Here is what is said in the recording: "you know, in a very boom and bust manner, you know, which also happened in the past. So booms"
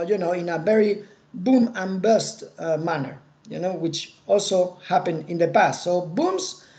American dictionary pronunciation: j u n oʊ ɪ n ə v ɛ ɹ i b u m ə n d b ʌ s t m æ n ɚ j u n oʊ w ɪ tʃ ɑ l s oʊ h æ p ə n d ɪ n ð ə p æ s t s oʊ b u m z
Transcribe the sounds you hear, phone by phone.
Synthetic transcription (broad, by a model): j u n oʊ ɪ n ə v ɛ ɹ i b u m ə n b ʌ s t m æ n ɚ j u n oʊ w ɪ tʃ ɑ l s oʊ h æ p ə n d ɪ n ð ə p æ s t s oʊ b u m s